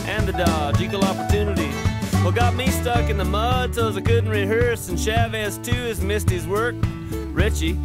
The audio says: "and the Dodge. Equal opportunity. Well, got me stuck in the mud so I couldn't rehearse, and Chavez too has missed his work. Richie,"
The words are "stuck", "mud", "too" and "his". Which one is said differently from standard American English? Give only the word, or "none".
none